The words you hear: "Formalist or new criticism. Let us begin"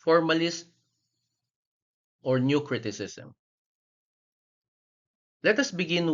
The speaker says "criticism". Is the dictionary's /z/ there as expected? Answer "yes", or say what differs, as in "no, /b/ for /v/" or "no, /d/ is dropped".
no, /s/ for /z/